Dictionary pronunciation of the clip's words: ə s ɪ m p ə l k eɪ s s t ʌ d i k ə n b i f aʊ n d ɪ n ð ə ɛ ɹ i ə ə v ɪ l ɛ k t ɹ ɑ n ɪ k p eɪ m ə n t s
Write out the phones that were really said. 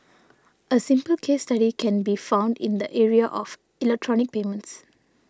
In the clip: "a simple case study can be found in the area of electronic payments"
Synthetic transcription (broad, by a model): ə s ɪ m p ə l k eɪ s s t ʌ d i k ə n b i f aʊ n d ɪ n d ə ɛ ɹ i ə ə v ɪ l ɛ k t ɹ ɑ n ɪ k p eɪ m ə n t s